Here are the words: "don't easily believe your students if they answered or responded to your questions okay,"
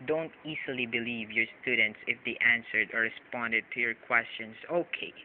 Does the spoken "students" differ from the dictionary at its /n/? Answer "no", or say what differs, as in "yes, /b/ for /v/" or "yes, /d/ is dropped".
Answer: no